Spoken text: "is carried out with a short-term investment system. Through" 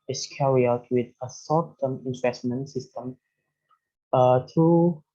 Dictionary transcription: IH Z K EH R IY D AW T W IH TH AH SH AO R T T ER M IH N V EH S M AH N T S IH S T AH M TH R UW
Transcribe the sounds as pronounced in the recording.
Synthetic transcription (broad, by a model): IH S K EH R IY AW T W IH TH AH S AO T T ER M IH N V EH S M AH N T S IH S T AH M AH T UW